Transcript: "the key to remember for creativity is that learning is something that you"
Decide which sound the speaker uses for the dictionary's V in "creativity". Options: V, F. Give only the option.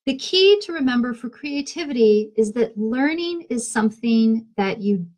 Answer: V